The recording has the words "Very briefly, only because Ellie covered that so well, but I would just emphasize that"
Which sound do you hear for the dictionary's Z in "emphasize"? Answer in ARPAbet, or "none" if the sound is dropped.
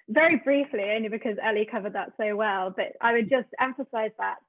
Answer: Z